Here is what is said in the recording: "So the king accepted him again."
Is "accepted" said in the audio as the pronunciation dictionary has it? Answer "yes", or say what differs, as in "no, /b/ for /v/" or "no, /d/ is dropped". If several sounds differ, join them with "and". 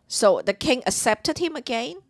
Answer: no, /k/ is dropped